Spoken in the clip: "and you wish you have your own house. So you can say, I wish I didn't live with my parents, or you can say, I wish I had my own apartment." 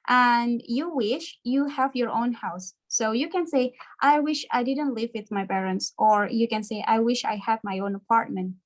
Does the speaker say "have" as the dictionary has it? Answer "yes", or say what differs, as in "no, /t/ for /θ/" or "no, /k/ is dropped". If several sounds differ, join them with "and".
yes